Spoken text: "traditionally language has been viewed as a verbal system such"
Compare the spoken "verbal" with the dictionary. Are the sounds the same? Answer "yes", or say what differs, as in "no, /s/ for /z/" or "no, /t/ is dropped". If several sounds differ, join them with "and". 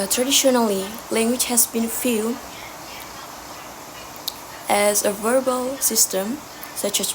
yes